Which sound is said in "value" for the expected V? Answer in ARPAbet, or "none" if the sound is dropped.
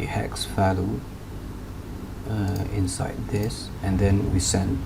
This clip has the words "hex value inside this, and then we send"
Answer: F